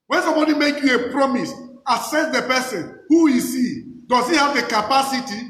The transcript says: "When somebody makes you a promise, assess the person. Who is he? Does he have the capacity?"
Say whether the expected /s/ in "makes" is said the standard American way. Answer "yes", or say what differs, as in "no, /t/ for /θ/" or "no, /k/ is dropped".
no, /s/ is dropped